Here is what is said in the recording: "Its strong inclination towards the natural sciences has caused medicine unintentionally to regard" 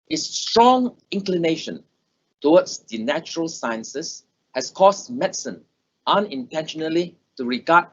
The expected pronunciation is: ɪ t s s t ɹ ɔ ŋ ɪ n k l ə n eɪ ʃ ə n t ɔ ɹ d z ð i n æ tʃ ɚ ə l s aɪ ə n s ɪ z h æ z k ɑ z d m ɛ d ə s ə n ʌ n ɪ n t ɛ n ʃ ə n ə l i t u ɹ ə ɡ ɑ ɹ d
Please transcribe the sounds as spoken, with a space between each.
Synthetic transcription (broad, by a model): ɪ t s s t ɹ ɔ ŋ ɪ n k l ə n eɪ ʃ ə n t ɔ w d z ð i n æ tʃ ɚ ə l s aɪ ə n s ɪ s h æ s k ɑ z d m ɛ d s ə n ʌ n ɪ n t ɛ n ʃ ə n ə l i t u ɹ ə ɡ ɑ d